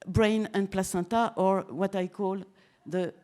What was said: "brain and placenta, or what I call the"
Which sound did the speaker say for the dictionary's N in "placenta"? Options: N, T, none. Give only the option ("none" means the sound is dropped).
none